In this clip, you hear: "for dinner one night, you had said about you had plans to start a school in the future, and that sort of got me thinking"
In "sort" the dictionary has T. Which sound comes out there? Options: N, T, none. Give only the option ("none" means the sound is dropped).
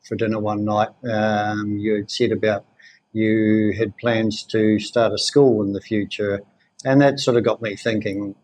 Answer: T